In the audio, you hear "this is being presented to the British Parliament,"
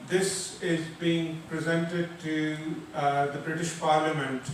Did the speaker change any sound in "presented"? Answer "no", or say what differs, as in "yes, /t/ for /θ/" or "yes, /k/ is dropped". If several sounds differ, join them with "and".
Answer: no